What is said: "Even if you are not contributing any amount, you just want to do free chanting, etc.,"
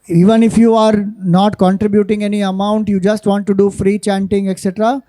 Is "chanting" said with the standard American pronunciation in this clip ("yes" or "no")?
yes